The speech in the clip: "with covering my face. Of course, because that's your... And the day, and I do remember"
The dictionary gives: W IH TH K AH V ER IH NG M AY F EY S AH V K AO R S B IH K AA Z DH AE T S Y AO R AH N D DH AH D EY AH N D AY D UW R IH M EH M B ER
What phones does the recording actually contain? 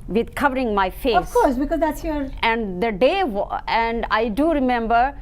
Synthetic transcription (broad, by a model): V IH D K AH V ER IH NG M AY F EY AH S K AO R S B IH K AA Z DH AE T S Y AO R AH N D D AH D EY AH N D AY D UW R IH M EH M B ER